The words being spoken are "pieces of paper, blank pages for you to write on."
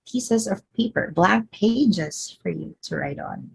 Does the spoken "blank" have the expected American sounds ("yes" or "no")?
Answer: no